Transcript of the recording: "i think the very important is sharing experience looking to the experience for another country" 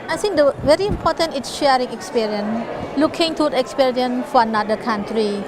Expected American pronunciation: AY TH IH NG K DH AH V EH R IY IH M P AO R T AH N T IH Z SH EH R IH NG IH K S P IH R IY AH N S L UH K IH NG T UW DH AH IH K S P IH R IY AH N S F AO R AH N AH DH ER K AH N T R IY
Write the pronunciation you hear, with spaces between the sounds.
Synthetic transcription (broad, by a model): AY T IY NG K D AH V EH R IY M P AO R T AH N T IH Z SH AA R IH NG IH K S P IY R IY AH N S L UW K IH NG T UW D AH K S P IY R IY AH N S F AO R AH N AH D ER K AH N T R IY